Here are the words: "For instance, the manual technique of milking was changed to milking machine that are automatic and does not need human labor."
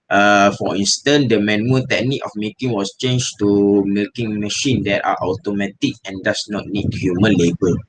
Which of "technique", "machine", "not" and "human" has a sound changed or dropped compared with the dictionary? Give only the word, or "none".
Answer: none